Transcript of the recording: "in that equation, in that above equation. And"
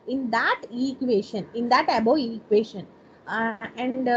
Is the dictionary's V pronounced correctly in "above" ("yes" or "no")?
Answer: no